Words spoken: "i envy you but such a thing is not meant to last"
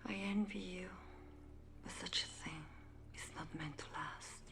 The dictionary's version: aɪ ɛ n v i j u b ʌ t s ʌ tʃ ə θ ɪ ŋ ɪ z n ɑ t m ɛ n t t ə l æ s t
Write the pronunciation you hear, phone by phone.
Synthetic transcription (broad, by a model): aɪ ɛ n v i j u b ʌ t s ʌ tʃ ə θ ɪ ŋ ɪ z n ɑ t m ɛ n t t ə l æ s t